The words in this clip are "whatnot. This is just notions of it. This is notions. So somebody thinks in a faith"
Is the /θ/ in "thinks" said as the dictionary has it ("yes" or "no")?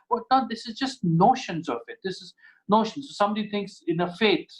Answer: no